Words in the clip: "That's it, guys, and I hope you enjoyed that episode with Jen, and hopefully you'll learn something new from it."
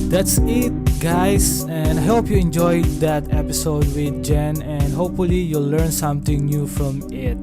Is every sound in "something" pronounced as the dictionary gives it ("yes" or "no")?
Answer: no